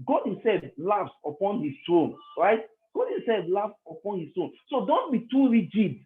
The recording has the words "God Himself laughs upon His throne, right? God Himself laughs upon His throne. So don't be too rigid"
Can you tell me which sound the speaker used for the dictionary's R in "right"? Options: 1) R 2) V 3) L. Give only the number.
1